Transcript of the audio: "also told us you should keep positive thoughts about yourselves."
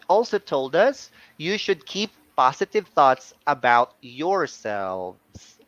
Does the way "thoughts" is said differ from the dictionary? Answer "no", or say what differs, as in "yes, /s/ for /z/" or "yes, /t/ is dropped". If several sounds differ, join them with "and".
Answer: no